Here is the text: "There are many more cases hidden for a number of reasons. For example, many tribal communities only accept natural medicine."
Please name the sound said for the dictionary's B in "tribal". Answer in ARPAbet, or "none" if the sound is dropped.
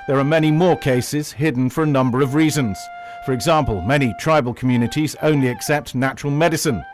B